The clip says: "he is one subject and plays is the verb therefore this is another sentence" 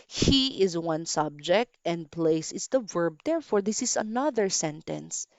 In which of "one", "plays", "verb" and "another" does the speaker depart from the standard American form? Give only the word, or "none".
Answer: plays